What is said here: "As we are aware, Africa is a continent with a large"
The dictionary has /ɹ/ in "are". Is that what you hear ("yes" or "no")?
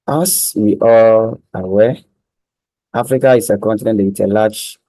no